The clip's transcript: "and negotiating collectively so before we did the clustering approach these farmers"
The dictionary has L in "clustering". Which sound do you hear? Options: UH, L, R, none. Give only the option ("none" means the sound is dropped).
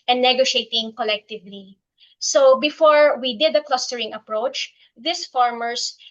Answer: L